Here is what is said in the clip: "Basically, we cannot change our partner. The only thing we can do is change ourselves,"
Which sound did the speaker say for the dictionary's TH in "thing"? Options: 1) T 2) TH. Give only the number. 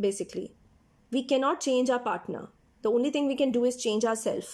1